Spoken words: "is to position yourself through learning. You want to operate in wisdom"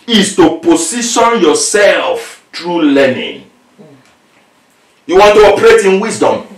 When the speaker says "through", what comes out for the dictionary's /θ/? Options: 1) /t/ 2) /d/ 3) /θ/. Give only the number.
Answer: 1